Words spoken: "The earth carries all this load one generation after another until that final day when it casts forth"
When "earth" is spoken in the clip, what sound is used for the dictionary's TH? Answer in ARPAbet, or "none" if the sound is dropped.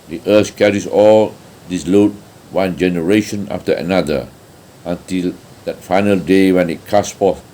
S